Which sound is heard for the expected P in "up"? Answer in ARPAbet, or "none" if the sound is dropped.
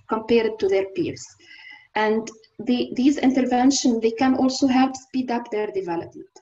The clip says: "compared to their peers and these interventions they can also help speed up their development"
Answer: P